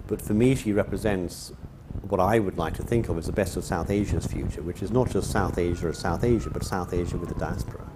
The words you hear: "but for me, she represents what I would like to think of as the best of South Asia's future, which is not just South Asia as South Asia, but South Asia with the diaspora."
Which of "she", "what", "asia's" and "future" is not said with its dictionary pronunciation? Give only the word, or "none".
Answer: none